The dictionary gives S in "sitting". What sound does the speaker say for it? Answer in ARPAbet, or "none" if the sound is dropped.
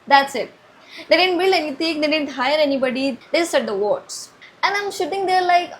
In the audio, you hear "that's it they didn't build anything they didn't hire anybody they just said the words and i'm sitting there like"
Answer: SH